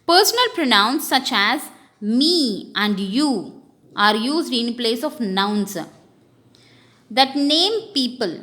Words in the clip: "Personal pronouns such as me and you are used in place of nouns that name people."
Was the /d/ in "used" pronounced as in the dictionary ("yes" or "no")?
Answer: yes